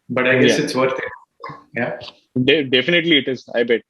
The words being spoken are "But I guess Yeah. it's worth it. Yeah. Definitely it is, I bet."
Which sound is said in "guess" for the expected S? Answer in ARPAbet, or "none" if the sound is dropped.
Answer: none